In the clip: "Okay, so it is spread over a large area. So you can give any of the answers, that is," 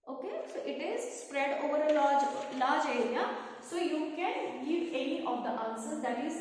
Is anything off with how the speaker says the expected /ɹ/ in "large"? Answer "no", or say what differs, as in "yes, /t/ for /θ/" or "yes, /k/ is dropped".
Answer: yes, /l/ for /ɹ/